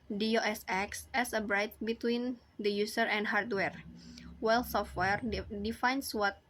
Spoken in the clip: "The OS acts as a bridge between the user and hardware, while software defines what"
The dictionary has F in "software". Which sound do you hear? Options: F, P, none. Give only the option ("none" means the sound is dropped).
F